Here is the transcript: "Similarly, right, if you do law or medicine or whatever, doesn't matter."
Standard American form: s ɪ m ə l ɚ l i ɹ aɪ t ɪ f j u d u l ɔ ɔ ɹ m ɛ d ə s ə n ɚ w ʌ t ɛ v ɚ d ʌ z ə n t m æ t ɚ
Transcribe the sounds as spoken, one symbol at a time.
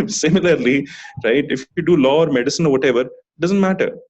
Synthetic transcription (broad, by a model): s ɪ m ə l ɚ l i ɹ aɪ t ɪ f j u d u l ɔ ɔ ɹ m ɛ d ə s ə n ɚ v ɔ t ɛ v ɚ d ʌ z ə n t m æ t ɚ